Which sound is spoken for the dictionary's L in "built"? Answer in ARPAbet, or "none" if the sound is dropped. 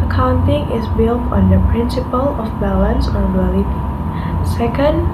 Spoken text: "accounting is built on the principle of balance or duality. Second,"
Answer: L